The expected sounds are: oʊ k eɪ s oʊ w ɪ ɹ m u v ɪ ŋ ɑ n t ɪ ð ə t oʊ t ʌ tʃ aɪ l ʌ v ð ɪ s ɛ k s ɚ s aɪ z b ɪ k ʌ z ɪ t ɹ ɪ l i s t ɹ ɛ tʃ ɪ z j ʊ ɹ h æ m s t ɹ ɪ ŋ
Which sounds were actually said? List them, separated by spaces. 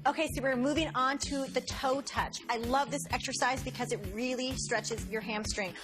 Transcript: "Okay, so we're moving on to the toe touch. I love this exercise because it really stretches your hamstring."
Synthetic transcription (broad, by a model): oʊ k eɪ s oʊ w ɪ ɹ m u v ɪ ŋ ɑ n t ɪ ð ə t oʊ t ʌ tʃ aɪ l ʌ v ð ɪ s ɛ k s ɚ s aɪ z b ɪ k ʌ z ɪ t ɹ ɪ l i s t ɹ ɛ tʃ ɪ z j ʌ ɹ h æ m s t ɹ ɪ ŋ